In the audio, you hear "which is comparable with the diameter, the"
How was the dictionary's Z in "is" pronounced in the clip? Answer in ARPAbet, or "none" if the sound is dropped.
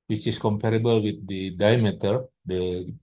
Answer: S